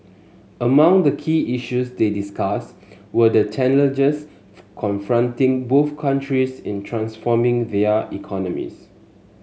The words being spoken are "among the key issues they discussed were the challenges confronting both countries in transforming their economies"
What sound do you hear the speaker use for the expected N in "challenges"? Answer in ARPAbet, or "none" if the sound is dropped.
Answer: L